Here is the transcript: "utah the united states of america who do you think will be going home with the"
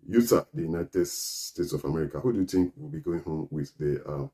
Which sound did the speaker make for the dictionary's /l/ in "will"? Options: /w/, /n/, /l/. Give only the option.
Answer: /l/